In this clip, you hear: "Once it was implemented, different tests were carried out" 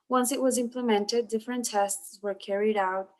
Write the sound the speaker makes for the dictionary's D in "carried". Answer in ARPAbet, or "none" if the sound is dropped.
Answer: D